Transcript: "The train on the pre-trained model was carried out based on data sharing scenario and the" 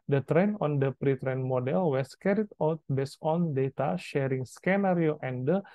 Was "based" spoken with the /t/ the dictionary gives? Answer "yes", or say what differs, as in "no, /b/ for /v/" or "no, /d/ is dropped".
no, /t/ is dropped